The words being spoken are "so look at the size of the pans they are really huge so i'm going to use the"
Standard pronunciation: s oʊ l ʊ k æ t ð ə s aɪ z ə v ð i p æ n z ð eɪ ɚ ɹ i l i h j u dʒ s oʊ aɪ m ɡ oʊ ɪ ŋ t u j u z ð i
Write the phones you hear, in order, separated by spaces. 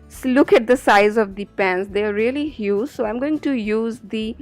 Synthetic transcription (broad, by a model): s l ʊ k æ t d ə s aɪ z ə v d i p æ n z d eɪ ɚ ɹ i l i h j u s oʊ aɪ m ɡ oʊ ɪ ŋ t u j u z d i